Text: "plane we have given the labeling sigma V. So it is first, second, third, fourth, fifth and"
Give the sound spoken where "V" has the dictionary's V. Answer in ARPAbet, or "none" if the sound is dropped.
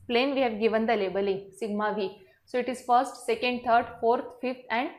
V